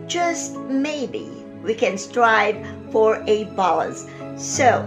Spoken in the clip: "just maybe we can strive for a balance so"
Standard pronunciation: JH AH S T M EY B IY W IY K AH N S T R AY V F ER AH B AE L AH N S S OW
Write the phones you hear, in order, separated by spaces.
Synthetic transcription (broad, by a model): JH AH S T M EY B IY W IY K AH N S T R AY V F ER AH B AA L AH S S OW